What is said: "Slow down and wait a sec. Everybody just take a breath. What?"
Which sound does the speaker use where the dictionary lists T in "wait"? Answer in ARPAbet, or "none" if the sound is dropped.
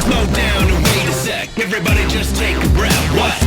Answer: none